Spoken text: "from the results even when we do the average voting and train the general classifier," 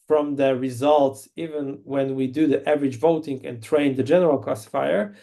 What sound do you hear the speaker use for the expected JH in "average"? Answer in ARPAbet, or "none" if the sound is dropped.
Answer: JH